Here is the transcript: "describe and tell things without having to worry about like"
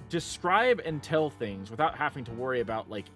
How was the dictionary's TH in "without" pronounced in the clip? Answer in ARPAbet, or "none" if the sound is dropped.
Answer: TH